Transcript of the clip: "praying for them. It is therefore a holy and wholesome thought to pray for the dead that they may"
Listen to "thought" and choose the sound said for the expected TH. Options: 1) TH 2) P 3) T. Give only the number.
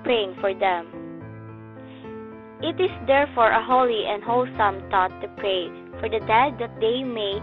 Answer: 3